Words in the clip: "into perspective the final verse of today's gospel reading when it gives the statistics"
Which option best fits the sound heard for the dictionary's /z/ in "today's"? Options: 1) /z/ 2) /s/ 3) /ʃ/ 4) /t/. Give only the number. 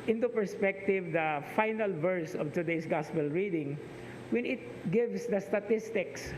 2